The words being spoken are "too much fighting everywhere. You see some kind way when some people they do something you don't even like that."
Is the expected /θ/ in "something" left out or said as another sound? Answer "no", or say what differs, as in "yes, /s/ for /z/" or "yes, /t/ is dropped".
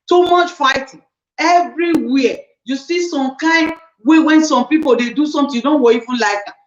yes, /t/ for /θ/